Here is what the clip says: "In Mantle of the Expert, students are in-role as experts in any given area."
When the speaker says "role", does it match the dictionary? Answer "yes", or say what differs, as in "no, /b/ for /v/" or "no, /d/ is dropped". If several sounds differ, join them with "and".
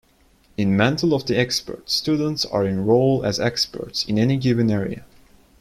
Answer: yes